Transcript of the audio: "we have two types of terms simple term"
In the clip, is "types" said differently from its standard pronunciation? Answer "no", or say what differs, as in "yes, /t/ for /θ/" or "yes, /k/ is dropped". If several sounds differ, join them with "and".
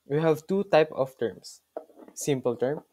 yes, /s/ is dropped